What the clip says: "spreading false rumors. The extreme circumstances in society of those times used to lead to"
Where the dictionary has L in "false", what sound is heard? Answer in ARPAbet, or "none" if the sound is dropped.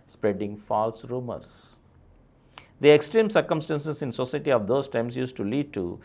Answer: L